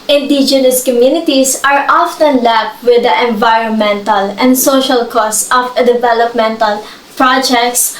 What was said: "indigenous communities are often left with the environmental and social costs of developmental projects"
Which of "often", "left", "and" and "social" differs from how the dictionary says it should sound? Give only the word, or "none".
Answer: left